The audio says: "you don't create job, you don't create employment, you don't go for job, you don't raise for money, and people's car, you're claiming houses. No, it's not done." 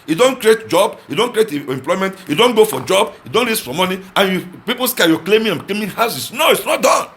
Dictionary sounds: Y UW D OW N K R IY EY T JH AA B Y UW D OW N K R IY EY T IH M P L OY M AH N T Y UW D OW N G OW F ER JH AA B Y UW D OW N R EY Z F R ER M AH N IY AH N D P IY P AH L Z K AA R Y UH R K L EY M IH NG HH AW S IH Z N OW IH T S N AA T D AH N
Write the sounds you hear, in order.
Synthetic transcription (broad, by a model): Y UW D OW N K R IY EY T JH AA B Y UW D OW N K R IY EY T IH M P L OY M AH N T Y UW D OW N G OW F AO JH AA B Y UW D OW N L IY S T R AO M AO N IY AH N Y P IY P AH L S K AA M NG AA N K L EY M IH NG HH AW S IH S N OW IH T S N AA T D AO N